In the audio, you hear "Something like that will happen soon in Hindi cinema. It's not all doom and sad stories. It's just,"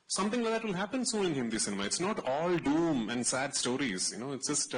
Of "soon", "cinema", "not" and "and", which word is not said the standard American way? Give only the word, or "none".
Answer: soon